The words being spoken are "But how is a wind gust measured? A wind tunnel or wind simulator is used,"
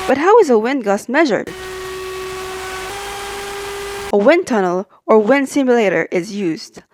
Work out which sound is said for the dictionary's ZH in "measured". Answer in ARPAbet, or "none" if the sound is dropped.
ZH